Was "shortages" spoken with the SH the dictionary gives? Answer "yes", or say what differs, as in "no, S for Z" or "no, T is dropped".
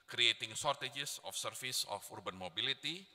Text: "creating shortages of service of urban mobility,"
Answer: no, S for SH